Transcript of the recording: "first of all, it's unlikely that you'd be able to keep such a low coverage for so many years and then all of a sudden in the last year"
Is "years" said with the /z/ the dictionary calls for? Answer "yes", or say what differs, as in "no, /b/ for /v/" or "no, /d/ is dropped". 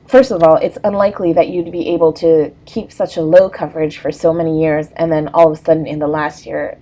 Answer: yes